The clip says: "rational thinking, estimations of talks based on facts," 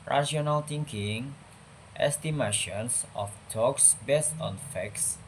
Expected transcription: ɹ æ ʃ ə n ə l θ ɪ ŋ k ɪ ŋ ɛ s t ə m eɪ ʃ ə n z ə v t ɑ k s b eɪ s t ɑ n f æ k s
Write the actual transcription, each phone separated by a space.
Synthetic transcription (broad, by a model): ɹ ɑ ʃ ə n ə l t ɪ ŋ k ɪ ŋ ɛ s t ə m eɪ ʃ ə n s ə f t ɑ k s b eɪ s t ɑ n f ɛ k s